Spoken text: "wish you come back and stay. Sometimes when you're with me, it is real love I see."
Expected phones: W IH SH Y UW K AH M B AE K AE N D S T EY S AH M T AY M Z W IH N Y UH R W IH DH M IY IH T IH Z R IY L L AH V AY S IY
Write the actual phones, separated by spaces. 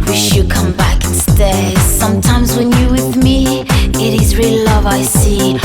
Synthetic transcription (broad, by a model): W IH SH Y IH K AH M B AE K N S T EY S AH M T AY M Z W IH N Y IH W IH DH M IY IH T IH Z R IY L L AH V AY S IY